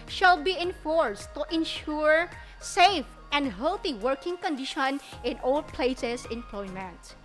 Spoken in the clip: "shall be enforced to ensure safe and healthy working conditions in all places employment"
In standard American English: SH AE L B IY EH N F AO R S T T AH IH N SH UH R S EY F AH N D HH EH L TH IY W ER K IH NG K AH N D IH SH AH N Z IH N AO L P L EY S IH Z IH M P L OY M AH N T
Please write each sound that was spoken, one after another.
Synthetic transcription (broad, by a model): SH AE L B IY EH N F AO R S T T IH N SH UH R S EY F AH N D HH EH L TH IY W ER K IH NG K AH N D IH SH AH N IH N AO L P L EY S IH S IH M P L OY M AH N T